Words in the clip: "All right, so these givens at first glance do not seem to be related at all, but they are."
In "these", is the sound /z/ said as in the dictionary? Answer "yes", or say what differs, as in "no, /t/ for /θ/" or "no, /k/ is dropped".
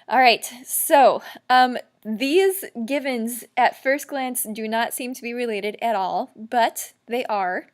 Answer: yes